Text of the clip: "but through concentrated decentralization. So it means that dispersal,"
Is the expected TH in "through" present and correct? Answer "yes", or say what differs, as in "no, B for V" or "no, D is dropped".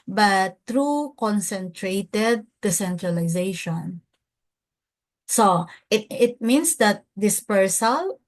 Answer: no, T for TH